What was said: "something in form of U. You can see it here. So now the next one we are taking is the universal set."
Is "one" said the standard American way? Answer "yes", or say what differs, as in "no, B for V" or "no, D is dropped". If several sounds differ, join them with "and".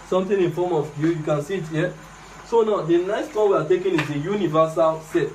no, L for N